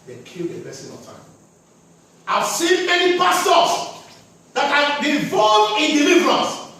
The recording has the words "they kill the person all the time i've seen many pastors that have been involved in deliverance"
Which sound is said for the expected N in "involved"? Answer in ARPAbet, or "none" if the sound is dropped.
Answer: none